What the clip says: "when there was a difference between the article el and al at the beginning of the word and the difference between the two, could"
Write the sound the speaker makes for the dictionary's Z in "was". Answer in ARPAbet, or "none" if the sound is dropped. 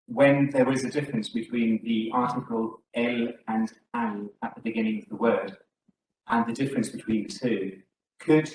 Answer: Z